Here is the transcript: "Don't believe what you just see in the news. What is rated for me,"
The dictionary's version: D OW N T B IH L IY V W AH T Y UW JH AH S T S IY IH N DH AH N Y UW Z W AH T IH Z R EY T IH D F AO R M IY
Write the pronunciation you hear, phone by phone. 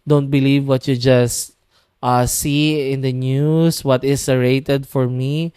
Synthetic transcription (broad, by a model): D OW N T B IH L IY V W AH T Y UW JH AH S T S IY IH N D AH N Y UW S W AH T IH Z R EY T IH D F AO R M IY